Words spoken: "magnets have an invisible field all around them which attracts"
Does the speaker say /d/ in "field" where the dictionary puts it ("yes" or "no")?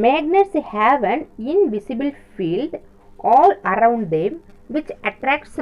yes